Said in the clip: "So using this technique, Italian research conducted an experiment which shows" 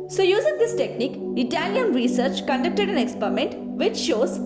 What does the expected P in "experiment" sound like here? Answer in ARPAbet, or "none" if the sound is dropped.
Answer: P